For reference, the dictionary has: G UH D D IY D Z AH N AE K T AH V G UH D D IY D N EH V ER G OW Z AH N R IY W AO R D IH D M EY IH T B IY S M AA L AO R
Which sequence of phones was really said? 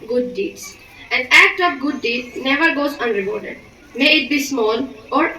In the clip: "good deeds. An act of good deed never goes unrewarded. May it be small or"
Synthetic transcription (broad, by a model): G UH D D IY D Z AH N AE K T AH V G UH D D IY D N EH V ER G OW Z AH N R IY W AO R D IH D M EY IH T B IY S M AA L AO R